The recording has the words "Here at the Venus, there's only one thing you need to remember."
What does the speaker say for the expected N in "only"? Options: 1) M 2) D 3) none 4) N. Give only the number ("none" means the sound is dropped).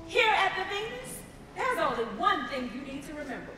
3